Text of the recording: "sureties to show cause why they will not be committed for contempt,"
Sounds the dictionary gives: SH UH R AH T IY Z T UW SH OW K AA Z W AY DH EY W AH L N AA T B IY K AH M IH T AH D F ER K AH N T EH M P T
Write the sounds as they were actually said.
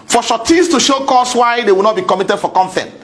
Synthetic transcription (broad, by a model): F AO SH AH T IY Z T UW SH OW K AA S W AY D EY W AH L N AA T B IY K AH M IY T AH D F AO K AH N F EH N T